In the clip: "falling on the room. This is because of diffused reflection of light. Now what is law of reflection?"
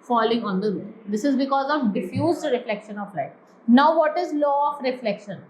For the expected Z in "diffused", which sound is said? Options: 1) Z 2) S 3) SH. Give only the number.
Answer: 1